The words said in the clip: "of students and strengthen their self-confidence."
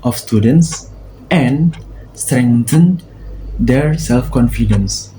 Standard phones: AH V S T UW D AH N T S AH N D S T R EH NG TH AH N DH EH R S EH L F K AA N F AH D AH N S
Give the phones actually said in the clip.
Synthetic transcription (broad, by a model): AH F S T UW D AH N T S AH N S T R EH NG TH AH N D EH R S EH L F K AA N F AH D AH N S